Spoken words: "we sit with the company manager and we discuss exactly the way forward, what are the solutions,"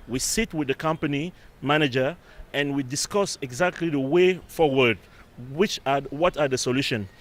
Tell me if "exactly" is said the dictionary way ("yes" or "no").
yes